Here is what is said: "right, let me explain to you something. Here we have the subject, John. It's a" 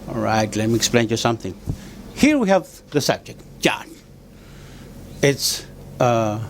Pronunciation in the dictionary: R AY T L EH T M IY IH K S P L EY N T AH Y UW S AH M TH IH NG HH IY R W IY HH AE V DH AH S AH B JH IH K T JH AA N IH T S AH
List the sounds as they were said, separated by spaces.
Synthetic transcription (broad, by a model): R AY T L EH T M IY IH K S P L EY N Y UW S AH M TH IH NG HH IY R W IY HH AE V DH AH S AH B JH IH K T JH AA N IH T S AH